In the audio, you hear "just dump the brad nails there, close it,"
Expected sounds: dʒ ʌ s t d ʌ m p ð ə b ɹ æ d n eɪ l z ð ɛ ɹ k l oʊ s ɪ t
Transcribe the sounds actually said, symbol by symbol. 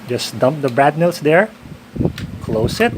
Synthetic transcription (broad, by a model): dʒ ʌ s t d ʌ m p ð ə b ɹ æ d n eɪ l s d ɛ ɹ k l oʊ s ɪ t